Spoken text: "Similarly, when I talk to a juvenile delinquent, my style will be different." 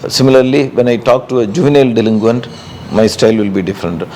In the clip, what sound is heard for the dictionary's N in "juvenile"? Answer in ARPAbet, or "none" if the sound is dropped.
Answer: N